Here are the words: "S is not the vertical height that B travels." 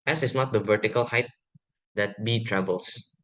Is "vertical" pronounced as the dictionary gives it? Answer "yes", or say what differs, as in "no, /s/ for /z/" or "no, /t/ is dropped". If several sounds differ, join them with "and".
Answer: yes